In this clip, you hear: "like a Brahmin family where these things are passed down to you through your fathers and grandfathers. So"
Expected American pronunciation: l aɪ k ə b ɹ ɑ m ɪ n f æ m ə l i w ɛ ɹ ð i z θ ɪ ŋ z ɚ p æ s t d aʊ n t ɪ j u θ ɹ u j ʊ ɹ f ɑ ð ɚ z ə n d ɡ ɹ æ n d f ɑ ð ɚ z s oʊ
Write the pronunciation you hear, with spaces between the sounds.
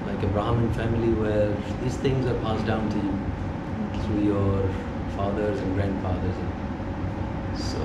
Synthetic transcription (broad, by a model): l aɪ k ə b ɹ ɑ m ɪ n f æ m ə l i w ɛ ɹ ð i z θ ɪ ŋ z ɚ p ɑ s d aʊ n t ɪ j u θ ɹ u j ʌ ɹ f ɑ ð ɚ z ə n ɡ ɹ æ n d f ɑ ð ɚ z s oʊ